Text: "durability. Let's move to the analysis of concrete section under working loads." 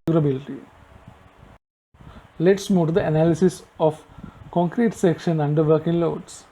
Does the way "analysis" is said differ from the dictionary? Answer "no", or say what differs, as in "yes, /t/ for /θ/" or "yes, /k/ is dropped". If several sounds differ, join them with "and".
no